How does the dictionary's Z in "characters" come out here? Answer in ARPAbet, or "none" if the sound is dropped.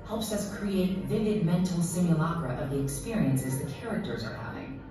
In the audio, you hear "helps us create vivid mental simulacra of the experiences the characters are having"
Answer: Z